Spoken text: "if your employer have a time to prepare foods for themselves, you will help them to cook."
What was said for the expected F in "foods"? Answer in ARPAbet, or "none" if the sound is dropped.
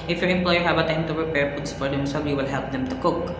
P